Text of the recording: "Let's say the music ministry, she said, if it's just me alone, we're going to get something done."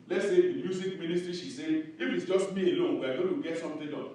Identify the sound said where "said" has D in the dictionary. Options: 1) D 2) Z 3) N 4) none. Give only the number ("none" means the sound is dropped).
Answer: 4